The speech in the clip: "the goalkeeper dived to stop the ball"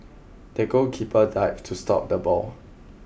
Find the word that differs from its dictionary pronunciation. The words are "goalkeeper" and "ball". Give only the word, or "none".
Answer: goalkeeper